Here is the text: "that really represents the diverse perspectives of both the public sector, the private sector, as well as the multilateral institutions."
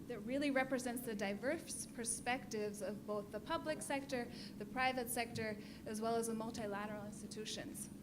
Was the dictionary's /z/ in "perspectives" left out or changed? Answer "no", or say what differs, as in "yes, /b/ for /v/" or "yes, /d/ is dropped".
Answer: no